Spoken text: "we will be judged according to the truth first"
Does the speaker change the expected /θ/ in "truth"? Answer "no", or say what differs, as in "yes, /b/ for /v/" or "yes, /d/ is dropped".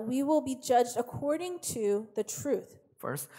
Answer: no